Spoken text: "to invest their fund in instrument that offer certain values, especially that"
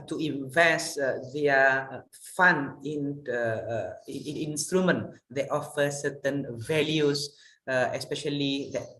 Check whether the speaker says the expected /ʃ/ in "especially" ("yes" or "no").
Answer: yes